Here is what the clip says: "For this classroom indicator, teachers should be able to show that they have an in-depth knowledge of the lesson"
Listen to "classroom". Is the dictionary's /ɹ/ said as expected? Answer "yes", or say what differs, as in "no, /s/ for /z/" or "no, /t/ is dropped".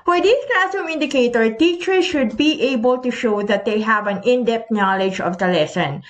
no, /ɹ/ is dropped